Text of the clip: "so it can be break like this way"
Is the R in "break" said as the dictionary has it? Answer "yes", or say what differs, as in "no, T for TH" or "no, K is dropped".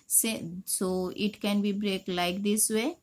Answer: yes